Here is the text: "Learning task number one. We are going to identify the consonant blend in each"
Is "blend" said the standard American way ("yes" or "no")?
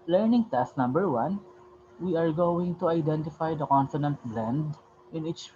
yes